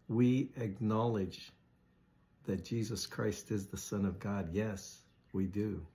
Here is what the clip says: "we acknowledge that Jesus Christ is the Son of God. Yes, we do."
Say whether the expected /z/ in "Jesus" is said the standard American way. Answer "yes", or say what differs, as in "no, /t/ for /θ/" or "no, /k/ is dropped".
yes